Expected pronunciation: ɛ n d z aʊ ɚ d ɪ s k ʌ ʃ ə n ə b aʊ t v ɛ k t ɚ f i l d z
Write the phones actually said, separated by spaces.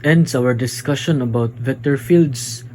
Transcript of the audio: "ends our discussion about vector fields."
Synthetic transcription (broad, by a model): ɛ n d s aʊ ɚ d ɪ s k ʌ ʃ ə n ə b aʊ t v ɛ t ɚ f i l d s